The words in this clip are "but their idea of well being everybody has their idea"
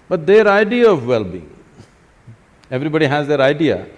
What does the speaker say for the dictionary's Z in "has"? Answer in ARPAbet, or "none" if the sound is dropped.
Z